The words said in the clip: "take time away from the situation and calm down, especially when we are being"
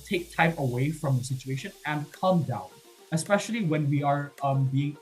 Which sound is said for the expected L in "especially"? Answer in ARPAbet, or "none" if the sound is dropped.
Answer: L